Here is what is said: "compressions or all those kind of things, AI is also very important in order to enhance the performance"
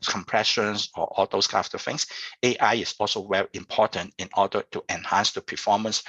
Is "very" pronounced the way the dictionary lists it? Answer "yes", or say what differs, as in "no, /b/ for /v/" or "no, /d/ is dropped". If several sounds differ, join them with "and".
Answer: no, /w/ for /v/